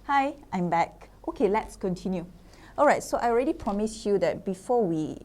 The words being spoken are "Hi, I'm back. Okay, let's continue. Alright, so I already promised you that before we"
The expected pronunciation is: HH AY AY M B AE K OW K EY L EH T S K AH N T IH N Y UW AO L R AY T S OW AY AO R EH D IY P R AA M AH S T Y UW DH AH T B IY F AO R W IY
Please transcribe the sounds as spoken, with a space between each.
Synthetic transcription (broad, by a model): HH AY AY M B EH K OW K EY L EH T S K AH N T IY N Y UW AO L R AY T S OW AY AO R EH D IY P R AA M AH S Y UW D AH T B IY F AO W IY